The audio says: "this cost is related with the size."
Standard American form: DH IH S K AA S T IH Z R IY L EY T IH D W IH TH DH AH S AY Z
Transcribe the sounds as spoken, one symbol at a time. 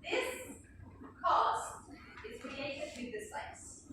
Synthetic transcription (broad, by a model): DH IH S K AA S T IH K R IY EY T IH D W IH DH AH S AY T